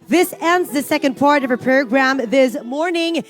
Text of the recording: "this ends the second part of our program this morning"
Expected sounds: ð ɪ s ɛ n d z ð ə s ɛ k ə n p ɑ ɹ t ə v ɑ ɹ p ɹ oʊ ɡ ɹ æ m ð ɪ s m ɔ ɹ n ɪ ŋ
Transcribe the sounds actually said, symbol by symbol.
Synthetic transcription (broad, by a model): ð ɪ s ɛ n d z ð ə s ɛ k ə n p ɑ ɹ t ə v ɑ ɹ p ɹ oʊ ɡ ɹ æ m ð ɪ s m ɔ ɹ n ɪ ŋ